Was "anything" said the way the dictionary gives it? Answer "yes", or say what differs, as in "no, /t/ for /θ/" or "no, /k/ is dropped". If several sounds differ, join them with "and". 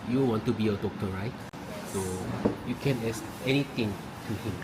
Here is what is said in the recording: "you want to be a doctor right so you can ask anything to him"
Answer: no, /t/ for /θ/